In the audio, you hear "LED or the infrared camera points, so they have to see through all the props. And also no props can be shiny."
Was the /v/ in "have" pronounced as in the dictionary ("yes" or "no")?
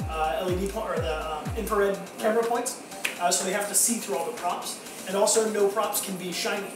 no